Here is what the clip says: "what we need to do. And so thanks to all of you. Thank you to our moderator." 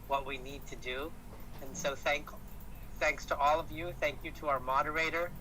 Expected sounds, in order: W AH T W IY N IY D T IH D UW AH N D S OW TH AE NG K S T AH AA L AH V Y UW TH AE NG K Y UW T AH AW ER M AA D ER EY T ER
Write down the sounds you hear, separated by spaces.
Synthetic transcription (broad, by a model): W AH T W IY N IY D T IH D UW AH N S OW TH AE NG K S T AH AA L AH V Y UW TH AE NG K Y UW T AH AW ER M AA D ER EY T ER